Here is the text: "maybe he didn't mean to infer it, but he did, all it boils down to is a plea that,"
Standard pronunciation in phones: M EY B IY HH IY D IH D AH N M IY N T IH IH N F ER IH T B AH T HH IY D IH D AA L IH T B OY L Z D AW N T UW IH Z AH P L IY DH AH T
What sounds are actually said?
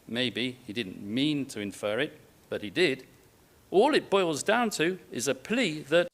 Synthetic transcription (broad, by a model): M EY B IY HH IY D IH D N M IY N T IH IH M F ER IH T B AH T HH IY D IH D AA L IH T B OY L Z D AW N T UW IH Z AH P L IY DH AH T